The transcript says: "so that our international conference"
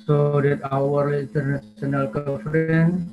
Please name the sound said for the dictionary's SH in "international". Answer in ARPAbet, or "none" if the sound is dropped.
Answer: S